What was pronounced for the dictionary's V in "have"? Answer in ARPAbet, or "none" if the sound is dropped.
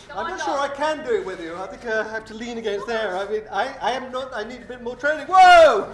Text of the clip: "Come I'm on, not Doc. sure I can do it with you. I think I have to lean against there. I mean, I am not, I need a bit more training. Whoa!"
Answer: F